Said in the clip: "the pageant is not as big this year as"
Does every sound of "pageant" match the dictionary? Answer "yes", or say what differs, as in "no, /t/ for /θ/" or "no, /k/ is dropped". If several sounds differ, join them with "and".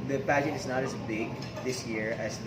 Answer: no, /n/ is dropped